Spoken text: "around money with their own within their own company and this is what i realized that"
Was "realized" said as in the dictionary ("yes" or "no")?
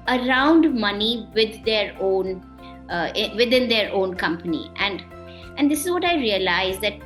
yes